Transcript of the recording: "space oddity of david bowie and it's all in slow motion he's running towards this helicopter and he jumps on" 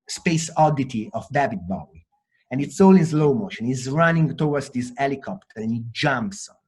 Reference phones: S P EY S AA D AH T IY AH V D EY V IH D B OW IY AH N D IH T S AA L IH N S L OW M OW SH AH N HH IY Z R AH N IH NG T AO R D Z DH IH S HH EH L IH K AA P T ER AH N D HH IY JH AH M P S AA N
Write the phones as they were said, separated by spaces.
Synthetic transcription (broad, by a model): S P EY S AA D AH T IY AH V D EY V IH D B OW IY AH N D IH T S AA L IH N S L OW M OW SH AH N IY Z R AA N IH NG T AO W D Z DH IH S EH L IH K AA P T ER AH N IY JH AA M P S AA